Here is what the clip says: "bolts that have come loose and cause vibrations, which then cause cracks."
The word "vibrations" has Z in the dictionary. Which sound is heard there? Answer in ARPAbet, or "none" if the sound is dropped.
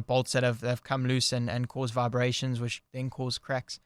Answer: Z